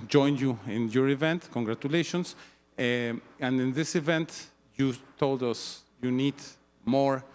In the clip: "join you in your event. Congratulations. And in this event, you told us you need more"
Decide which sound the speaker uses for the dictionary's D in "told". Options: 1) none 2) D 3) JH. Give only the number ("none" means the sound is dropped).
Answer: 2